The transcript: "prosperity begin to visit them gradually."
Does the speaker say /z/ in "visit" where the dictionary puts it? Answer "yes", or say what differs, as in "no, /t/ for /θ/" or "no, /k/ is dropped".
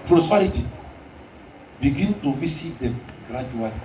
no, /s/ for /z/